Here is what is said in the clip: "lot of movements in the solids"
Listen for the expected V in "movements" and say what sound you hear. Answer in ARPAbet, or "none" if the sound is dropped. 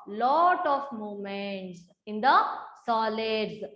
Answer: none